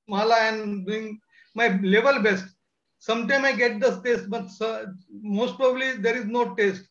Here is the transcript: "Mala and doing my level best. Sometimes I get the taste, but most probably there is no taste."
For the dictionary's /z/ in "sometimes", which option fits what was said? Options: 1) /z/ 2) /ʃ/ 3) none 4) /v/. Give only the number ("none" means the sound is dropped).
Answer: 3